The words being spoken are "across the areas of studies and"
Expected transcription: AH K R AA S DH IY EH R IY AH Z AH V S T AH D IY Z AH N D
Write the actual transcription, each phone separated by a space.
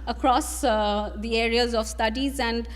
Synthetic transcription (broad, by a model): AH K R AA S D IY EH R IY AH Z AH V S T AH D IY Z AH N D